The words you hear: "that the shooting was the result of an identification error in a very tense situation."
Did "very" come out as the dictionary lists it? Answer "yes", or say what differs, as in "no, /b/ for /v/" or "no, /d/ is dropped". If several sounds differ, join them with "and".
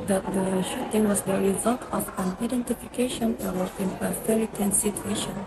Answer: no, /f/ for /v/